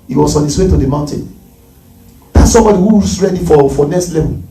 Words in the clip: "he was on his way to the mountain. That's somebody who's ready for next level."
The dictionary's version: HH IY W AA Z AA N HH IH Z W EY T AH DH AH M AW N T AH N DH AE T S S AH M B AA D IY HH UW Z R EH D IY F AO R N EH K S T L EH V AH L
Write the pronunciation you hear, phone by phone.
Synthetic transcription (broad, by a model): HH IY W AA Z AA N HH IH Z W EY T AH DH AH M AW N T AH N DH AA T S S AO M B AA D IY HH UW S R EH D IY F AO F N EH K S T L EH V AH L